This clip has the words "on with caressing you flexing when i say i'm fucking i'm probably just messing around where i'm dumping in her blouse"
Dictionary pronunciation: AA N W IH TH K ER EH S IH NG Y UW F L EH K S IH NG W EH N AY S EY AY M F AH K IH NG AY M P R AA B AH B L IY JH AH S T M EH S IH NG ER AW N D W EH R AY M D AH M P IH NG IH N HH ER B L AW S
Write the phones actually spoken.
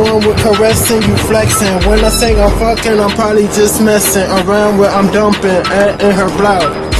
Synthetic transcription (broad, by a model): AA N W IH K ER EH S IH NG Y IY F L EH K SH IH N W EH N AY TH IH AY M F AH K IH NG AY M P R AA B AH B L IY JH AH S M EH S IH NG ER AW N D W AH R AY M D AH M P IH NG IH N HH ER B L AW